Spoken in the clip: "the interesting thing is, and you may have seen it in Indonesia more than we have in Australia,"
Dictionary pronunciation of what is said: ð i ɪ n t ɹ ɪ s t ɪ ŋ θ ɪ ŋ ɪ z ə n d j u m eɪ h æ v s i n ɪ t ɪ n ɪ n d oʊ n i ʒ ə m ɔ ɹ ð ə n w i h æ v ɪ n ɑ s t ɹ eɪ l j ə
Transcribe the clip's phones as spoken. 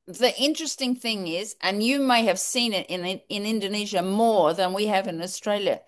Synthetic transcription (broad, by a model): ð i ɪ n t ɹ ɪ s t ɪ ŋ θ ɪ ŋ ɪ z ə n j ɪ m eɪ h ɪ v s i n ɪ t ɪ n ɪ n d oʊ n i ʒ ə m ɔ ɹ ð ə n w i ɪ v ɪ n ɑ s t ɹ eɪ l j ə